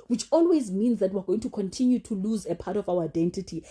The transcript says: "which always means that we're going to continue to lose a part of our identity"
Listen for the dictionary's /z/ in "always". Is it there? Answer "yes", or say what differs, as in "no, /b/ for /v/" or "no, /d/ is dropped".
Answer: yes